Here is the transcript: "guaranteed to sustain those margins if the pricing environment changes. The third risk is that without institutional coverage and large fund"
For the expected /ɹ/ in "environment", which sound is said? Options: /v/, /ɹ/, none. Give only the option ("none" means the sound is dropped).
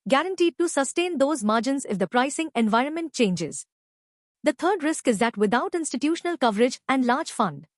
/ɹ/